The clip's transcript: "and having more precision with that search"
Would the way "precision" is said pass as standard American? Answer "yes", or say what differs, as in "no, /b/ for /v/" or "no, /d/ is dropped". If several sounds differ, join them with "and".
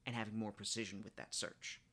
yes